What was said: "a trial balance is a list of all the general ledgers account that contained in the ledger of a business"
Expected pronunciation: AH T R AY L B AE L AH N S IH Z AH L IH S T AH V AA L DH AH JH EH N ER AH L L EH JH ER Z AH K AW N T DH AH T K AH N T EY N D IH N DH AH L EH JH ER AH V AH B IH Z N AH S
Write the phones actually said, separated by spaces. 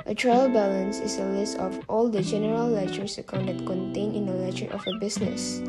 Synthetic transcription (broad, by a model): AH T R AY L B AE L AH N S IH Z AH L IH S T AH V AA L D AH JH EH N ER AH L L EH CH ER S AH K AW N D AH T K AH N T EY N IH N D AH L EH CH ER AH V AH B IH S N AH S